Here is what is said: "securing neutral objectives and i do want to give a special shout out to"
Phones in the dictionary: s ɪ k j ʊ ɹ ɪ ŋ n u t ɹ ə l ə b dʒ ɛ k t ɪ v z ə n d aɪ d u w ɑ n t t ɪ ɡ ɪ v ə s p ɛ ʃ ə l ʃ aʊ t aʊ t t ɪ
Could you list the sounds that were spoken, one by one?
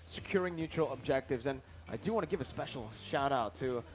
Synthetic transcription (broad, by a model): s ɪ k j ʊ ɹ ɪ ŋ n u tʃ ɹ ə l ə b dʒ ɛ k t ɪ v z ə n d aɪ d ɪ w ɑ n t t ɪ ɡ ɪ v ə s p ɛ ʃ l ʃ aʊ t aʊ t t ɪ